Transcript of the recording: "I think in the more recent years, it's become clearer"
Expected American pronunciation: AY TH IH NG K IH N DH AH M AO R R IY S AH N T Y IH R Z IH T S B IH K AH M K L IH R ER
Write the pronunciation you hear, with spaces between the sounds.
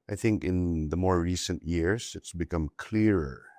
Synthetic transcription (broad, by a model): AY TH IH NG K IH N DH AH M AO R R IY S AH N T Y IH R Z IH T S B IH K AH M K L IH R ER